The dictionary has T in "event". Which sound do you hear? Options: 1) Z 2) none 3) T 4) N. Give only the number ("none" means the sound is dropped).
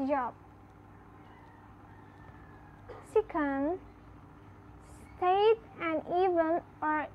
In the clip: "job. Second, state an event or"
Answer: 2